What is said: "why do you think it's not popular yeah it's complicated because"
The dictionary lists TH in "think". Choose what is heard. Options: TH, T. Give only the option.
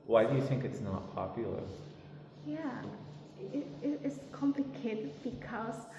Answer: TH